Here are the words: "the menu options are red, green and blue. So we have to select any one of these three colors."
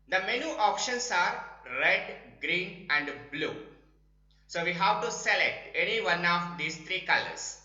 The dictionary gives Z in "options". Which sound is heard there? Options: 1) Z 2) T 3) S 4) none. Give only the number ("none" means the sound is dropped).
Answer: 3